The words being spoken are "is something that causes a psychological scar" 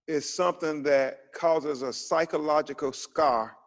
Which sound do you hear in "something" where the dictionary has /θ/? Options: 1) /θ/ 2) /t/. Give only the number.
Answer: 1